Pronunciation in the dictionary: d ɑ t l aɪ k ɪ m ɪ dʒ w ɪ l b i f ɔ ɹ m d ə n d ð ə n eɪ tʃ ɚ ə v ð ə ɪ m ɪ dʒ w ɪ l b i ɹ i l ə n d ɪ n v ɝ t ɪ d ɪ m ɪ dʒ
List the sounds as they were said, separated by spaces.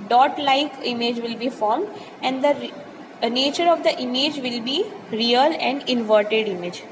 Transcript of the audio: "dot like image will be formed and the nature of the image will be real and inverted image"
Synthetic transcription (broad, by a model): d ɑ t l aɪ k ɪ m ɪ dʒ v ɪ l b i f ɔ ɹ m d ə n d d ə n eɪ tʃ ɚ ə v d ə ɪ m ɪ dʒ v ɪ l b i ɹ i l ə n d ɪ n v ɝ t ɪ d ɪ m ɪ dʒ